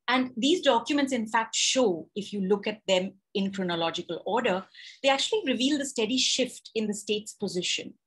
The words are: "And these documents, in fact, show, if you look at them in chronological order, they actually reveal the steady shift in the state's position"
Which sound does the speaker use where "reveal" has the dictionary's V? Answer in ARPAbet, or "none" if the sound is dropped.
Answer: V